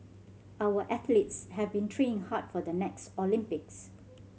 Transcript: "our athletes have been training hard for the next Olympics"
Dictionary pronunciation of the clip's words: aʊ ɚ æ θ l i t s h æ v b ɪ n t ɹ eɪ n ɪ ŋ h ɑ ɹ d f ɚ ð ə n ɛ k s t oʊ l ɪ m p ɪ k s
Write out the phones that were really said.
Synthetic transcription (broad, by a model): aʊ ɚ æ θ l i t s h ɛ v b ɪ n t ɹ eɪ ɪ ŋ h ɑ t f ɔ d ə n ɛ k s t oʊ l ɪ m p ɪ k s